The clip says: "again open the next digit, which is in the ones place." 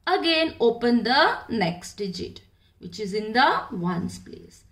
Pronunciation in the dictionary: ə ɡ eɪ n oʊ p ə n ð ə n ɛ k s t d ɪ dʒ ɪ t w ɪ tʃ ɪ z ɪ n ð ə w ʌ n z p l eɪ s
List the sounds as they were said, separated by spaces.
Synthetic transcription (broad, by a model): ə ɡ eɪ n oʊ p ə n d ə n ɛ k s t d ɪ dʒ ɪ t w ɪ tʃ ɪ z ɪ n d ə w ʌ n s p l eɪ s